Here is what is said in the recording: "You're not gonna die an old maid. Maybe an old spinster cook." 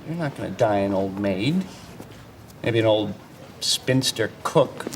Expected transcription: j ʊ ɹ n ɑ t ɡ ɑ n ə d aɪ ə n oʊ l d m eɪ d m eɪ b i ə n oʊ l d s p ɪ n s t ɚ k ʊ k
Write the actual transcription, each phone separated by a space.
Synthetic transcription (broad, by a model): j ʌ ɹ n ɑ t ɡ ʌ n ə d aɪ ə n oʊ l d m eɪ d m eɪ b i ə n oʊ l d s p ɪ n s t ɚ k ʊ k